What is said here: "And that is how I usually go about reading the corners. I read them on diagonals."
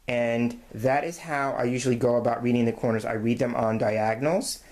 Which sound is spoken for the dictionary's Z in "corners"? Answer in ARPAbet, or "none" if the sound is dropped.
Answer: Z